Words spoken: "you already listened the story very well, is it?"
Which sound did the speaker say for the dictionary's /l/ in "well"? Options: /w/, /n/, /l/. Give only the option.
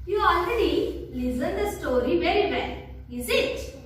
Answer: /n/